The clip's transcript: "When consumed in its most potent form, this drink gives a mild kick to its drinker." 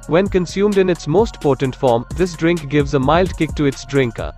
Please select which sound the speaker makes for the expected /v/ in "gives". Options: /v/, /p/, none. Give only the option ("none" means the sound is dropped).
/v/